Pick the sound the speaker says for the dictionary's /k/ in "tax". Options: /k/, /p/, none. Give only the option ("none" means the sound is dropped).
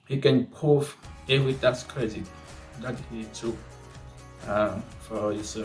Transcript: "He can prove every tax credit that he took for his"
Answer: none